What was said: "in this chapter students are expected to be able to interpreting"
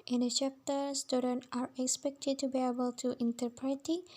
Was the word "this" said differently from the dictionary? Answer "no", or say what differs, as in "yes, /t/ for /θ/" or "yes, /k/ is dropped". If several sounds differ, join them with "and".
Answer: yes, /s/ is dropped